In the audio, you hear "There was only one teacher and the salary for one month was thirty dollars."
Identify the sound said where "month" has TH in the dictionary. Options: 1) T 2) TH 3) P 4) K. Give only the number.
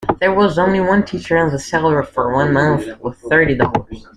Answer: 2